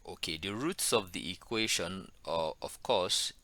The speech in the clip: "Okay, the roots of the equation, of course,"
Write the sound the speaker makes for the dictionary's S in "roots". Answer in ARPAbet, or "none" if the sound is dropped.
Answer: S